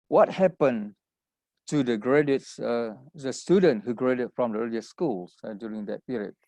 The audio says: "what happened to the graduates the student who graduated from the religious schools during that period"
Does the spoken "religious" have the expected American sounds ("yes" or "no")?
no